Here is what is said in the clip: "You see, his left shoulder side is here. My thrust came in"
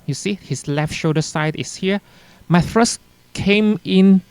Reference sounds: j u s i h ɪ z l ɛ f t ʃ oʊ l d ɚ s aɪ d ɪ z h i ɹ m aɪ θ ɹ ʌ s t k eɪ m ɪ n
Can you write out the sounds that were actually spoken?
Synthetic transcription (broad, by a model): j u s i h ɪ s l ɛ f t ʃ oʊ d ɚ s aɪ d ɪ s h i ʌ m aɪ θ ɹ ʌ s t k eɪ m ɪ n